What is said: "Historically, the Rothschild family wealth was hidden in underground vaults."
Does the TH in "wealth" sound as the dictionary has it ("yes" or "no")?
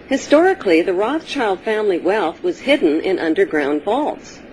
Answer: yes